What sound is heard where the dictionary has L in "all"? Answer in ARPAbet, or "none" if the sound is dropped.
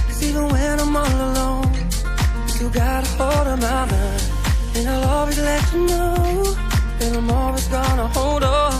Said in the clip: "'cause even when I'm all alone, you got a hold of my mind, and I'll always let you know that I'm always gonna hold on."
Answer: N